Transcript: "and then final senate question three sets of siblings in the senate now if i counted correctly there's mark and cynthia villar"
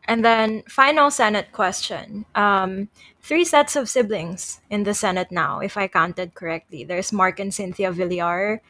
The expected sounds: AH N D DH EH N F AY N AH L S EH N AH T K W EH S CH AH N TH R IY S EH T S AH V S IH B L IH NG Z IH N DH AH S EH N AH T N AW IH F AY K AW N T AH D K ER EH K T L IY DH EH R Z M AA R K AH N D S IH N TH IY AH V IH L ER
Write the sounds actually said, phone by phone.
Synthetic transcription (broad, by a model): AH N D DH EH N F AY N AH L S EH N AH T K W EH S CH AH N TH R IY S EH T S AH V S IH B L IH NG S IH N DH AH S EH N AH T N AW IH F AY K AW N T AH D K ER EH K T L IY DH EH R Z M AA R K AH N S IH N TH IY AH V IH L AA